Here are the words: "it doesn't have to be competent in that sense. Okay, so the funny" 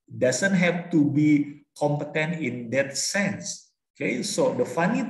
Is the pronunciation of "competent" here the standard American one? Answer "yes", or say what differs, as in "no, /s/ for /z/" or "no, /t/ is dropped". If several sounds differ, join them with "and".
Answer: yes